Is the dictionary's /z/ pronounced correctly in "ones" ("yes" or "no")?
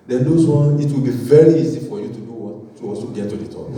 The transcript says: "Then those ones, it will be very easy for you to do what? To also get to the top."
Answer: no